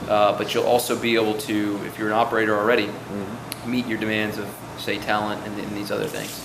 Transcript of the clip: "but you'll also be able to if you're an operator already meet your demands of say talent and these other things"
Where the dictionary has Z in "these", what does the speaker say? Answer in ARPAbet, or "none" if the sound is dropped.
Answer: Z